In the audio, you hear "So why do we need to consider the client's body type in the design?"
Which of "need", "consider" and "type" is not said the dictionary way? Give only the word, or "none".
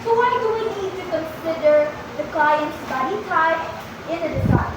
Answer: type